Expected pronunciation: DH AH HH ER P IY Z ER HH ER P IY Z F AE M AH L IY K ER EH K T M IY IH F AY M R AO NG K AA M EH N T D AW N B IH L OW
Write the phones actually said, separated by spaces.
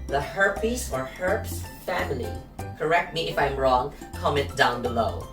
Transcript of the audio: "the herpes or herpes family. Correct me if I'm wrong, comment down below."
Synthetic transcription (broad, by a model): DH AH HH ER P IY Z ER HH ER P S F AE M AH L IY K ER EH K T M IY IH F AY M R AO NG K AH M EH T D AW N B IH L OW